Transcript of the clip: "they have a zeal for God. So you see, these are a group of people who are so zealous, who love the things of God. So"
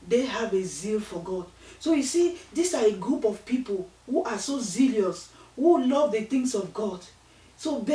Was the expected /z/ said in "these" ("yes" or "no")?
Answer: no